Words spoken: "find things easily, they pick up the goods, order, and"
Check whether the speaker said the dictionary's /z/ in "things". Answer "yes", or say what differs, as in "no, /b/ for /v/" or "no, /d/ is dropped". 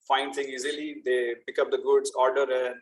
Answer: no, /z/ is dropped